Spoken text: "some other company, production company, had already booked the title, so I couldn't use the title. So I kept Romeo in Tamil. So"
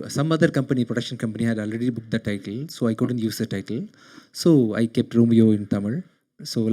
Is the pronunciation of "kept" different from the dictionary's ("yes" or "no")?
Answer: no